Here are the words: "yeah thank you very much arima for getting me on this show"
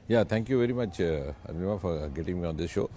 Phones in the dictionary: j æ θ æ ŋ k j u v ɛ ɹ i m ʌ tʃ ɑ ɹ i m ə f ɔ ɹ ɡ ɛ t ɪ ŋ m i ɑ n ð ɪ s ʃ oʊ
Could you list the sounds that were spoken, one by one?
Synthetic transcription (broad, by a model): j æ t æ ŋ k j u v ɛ ɹ i m ʌ tʃ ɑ i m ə f ɔ ɹ ɡ ɛ t ɪ ŋ m i ɑ n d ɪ s ʃ oʊ